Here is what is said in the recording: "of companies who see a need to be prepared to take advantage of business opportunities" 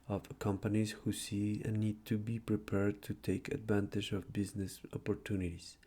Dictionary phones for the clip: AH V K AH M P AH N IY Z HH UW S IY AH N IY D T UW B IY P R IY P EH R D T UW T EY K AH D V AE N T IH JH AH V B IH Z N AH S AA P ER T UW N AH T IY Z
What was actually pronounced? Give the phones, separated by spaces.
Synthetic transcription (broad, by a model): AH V K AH M P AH N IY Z HH UW S IY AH N IY D T UW B IY P R IY P EH R D T UW T EY K AH D V AE N T IH JH AH V B IH Z N AH S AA P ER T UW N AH T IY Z